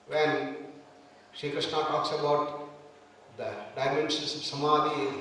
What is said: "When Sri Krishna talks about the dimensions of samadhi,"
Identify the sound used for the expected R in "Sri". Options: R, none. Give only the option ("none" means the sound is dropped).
none